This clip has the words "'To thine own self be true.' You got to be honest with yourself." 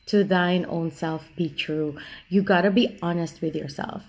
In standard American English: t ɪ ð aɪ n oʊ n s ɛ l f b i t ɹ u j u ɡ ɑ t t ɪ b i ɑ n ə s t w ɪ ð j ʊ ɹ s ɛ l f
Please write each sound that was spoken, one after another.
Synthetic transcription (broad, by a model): t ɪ ð aɪ n oʊ n s ɛ l f b i t ɹ u j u ɡ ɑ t t ɪ b i ɑ n ə s t w ɪ ð j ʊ ɹ s ɛ l f